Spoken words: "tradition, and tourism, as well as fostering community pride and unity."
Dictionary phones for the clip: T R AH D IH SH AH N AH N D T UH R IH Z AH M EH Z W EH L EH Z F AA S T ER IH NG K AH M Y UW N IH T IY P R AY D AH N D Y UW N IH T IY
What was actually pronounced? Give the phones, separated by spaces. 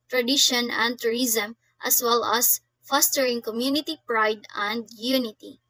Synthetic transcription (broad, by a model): T R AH D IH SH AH N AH N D T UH R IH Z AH M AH S W EH L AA S F AA S T ER IH NG K AH M Y UW N IH T IY P R AY D AH N D Y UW N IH T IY